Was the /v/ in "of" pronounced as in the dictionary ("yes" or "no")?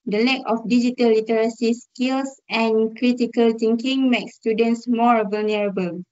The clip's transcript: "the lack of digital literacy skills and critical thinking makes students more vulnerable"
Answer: no